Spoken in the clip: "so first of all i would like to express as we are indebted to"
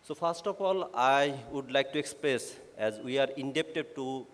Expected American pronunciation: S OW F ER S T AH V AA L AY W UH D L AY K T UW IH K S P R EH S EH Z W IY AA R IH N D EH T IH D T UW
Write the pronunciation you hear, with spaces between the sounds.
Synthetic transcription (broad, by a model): S OW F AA S T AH P AA L AY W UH D L AY K T UW IH K S P R EH S EH Z W IY AA R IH N D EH T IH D T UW